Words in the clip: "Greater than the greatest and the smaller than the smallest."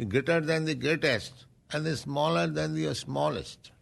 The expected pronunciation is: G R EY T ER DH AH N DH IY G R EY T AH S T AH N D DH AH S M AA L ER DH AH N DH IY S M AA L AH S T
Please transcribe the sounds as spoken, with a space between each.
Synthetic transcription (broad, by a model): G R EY T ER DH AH N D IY G EY T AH S T AH N D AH S M AA L ER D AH N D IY S M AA L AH S T